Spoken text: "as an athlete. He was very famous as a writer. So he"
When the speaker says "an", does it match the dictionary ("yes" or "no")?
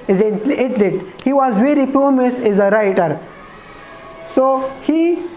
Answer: no